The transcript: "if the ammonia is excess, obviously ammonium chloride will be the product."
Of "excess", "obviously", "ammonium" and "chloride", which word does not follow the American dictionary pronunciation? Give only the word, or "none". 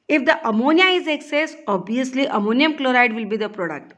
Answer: obviously